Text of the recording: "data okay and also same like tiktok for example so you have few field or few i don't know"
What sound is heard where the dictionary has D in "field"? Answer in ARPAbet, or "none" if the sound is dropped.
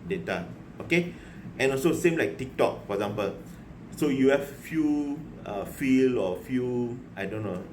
none